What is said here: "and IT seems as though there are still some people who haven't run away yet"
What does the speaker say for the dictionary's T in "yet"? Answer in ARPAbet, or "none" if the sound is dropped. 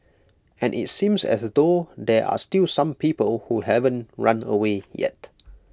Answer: T